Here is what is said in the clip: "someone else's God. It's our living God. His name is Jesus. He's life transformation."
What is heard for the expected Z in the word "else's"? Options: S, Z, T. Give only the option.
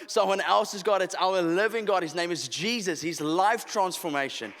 Z